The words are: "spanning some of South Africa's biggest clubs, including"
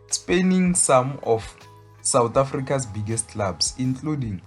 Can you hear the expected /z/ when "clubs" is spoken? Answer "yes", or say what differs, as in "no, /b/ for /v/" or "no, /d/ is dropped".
no, /s/ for /z/